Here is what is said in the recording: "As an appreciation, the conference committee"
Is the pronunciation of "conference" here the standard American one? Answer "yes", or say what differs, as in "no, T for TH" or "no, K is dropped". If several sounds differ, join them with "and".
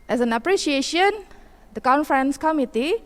yes